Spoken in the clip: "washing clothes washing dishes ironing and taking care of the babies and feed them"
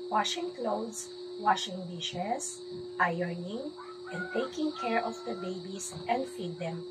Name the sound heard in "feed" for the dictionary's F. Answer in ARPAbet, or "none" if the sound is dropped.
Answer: F